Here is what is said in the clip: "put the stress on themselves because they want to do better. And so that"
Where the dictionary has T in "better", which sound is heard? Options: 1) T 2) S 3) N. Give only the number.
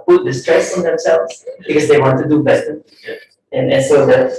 2